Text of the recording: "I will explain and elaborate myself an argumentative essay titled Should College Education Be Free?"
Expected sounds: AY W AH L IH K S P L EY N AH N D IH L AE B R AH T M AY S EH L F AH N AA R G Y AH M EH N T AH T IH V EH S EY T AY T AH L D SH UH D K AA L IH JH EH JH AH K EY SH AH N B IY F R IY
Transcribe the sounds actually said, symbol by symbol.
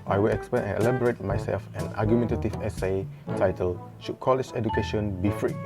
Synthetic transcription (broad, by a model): AY W AH L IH K S P EY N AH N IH L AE B R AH T M AY S EH L F AH N AA G Y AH M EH N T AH T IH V EH S EY T AY T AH L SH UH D K AA L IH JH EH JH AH K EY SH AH N B IY F R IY